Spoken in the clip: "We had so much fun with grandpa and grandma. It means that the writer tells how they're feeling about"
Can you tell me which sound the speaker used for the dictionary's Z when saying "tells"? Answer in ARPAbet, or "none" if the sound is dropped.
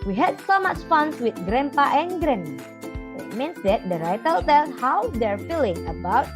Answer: none